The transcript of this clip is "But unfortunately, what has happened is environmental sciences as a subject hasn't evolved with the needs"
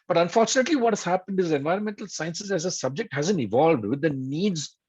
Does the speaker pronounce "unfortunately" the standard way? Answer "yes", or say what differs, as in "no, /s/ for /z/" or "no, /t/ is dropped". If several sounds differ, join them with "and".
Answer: yes